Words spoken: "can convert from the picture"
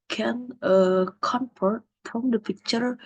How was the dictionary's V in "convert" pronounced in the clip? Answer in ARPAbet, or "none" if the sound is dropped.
F